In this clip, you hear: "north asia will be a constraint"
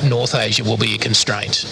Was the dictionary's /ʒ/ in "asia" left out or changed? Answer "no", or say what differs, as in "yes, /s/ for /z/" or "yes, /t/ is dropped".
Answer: no